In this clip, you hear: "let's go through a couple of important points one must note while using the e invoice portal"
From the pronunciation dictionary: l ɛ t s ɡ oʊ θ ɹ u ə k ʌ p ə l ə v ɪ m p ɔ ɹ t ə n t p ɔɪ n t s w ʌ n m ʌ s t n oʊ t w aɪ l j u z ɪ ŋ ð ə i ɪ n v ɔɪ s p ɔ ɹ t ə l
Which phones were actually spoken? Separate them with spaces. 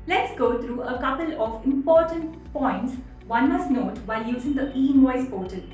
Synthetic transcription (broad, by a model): l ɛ t s ɡ oʊ t ɹ u ə k ʌ p ə l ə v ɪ m p ɔ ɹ t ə n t p ɔɪ n t s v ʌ n m ʌ s t n oʊ t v aɪ l j u z ɪ ŋ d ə i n ɔɪ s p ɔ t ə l